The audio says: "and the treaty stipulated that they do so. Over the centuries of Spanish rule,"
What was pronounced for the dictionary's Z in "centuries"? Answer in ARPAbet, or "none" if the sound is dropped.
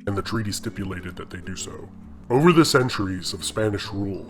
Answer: Z